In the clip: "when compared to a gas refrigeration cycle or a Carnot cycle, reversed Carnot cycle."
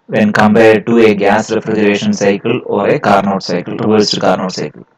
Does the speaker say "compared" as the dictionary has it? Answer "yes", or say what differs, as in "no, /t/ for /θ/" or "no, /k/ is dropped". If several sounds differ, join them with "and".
no, /b/ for /p/